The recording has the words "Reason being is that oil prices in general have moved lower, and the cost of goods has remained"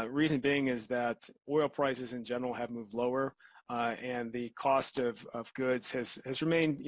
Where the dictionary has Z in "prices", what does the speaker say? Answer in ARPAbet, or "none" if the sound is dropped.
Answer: Z